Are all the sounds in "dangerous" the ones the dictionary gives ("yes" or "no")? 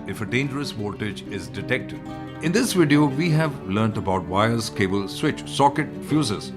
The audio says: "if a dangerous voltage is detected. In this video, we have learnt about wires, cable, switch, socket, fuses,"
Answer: yes